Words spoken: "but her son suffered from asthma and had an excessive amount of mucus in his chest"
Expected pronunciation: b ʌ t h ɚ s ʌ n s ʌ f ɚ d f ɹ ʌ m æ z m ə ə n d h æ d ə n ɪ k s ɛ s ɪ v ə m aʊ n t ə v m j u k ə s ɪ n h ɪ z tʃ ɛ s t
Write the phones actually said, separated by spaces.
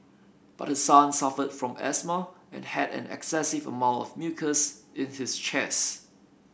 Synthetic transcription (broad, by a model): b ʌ t h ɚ s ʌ n s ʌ f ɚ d f ɹ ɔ m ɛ s m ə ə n h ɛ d ə n ɪ k s ɛ s ɪ v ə m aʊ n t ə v m j u k ə s ɪ n h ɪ s tʃ ɛ s